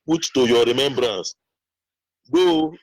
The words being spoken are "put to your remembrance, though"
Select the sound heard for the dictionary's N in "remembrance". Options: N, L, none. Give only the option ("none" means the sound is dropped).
N